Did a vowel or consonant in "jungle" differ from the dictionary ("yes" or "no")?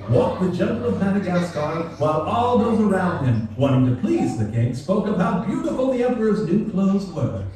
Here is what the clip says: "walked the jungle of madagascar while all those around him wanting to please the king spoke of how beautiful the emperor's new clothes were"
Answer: yes